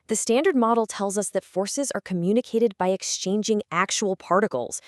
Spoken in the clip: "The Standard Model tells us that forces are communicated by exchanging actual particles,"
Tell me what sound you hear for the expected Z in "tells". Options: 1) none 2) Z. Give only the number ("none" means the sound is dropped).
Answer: 2